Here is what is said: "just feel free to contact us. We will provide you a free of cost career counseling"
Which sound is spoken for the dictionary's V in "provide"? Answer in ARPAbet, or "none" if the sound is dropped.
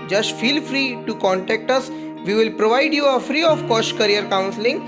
V